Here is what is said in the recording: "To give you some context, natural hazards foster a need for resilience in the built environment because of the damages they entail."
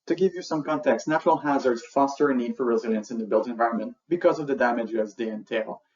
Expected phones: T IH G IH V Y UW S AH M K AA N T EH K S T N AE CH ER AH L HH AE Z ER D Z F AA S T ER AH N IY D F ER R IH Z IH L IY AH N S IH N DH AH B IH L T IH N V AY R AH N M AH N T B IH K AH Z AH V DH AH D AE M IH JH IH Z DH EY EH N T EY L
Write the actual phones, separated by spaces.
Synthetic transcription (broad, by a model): T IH G IH V Y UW S AH M K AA N T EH K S N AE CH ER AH L HH AE Z ER D Z F AA S T ER AH N IY D F ER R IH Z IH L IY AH N S IH N DH AH B IH L T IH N V AY R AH N M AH N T B IH K AH Z AH V DH AH D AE M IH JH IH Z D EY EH N T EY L